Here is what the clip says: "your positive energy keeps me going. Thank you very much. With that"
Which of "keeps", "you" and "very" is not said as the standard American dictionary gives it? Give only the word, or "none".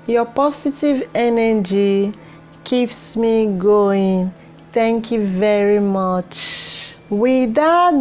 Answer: none